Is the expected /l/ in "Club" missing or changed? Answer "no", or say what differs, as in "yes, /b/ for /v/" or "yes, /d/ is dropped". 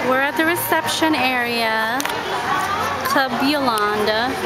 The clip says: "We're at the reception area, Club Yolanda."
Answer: yes, /l/ is dropped